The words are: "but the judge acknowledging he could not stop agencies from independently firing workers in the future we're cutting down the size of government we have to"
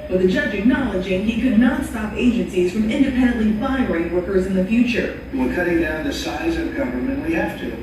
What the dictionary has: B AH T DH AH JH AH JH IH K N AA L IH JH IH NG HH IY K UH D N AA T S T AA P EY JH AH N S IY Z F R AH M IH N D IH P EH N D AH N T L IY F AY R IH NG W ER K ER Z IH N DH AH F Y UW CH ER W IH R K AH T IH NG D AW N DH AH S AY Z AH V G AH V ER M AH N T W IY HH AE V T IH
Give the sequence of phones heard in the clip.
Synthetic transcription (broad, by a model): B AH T DH AH JH AH JH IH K N AA L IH JH IH NG HH IY K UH D N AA T S T AA P EY JH AH N S IY Z F R AH M IH N D IH P EH N D AH N T L IY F AY R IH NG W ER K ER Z IH N DH AH F Y UW CH ER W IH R K AH T IH NG D AW N DH AH S AY Z AH V G AH V ER M AH N T W IY HH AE F T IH